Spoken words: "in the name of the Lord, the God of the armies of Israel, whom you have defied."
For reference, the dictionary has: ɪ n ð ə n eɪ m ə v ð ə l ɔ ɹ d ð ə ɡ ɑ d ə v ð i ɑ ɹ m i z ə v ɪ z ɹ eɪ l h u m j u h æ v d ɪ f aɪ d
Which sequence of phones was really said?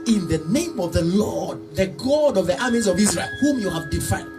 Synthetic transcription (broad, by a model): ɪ n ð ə n eɪ m ə v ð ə l ɔ d ð ə ɡ ɑ d ə v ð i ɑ m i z ə v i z ɹ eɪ l h u m j u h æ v d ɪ f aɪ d